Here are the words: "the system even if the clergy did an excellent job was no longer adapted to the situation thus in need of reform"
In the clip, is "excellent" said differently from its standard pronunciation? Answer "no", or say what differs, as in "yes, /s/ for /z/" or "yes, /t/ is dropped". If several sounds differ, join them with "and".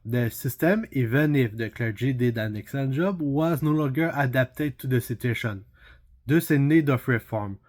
yes, /l/ is dropped